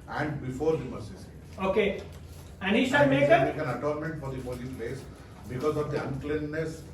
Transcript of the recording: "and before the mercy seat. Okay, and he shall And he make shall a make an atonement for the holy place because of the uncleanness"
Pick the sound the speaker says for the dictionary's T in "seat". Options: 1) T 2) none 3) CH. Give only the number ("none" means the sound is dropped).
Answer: 2